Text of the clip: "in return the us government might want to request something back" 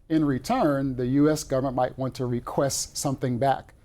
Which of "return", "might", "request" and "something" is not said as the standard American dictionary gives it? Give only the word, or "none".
none